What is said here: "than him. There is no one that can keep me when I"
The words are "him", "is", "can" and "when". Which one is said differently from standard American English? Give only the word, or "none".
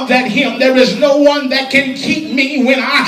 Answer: none